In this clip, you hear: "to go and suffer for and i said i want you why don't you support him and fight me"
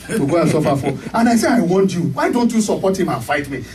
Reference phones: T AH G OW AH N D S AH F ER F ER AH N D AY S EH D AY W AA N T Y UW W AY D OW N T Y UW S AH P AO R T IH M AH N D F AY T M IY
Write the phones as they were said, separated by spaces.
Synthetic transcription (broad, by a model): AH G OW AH S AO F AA F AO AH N AY S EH AY W AA N T Y UW W AY D OW N T Y UW S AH P AO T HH IH M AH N F AY T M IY